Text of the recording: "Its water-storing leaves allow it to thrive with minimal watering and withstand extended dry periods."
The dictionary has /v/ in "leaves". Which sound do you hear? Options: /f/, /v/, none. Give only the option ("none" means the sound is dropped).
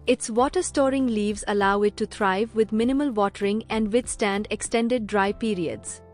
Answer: /v/